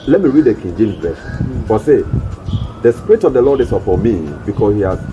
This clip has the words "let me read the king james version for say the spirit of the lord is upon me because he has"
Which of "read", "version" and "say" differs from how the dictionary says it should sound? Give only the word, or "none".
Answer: version